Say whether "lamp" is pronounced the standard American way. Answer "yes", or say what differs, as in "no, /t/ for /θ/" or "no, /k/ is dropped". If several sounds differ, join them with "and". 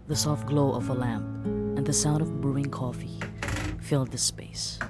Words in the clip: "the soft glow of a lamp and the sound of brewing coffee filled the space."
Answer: yes